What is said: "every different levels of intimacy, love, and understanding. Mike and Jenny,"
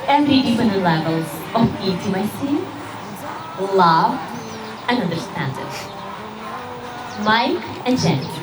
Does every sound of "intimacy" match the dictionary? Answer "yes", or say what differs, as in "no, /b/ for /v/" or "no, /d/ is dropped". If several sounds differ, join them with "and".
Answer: no, /n/ is dropped